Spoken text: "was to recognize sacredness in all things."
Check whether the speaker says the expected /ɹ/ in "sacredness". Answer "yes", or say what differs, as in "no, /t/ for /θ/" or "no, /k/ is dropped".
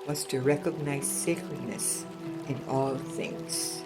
no, /l/ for /ɹ/